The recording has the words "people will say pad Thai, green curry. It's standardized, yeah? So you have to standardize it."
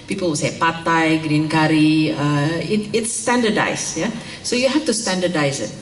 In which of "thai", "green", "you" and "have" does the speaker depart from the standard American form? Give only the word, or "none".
have